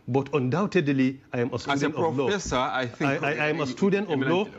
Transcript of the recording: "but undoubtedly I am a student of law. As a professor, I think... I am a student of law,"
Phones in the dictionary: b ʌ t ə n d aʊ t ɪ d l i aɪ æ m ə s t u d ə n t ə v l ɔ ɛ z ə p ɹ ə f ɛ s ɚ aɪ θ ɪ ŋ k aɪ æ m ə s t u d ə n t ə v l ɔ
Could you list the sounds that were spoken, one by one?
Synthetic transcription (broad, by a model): b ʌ t ə n d aʊ t ɪ d l i aɪ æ m ə s t u d ə n t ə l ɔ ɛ s ə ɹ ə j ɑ aɪ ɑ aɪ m ə s t u d ə n t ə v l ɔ